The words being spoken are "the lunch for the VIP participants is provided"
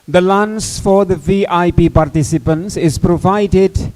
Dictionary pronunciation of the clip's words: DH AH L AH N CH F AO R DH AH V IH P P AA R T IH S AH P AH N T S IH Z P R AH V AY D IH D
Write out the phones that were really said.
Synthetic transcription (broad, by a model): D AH L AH N S F AO R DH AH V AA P P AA R T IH S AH P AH N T S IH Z P R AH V AY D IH D